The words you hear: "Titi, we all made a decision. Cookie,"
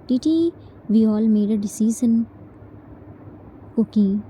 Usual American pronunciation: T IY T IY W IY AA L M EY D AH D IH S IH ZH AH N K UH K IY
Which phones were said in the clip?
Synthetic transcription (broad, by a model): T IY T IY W IY AA L M EY D AH D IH S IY Z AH N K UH K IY